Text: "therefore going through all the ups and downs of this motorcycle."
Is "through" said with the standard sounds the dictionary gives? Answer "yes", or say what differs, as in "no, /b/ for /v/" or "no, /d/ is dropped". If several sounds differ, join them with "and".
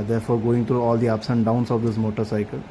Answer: no, /t/ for /θ/